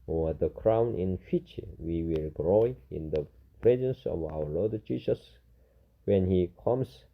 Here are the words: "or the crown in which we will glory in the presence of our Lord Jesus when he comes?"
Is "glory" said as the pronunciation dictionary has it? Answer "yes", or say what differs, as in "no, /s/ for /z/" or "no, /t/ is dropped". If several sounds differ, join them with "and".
no, /ɹ/ is dropped